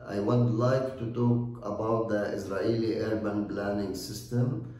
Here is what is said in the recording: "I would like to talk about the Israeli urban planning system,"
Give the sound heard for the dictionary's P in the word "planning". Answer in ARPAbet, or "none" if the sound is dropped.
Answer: B